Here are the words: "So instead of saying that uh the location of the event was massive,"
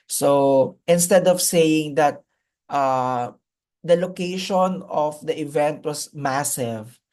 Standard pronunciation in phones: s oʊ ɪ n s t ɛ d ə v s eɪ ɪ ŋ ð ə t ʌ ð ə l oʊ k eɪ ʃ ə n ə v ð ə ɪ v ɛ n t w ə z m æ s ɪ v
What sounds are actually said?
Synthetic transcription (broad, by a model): s oʊ ɪ n s t ɛ d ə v s eɪ ɪ ŋ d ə t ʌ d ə l oʊ k eɪ ʃ ə n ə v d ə ɪ v ɛ n t w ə s m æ s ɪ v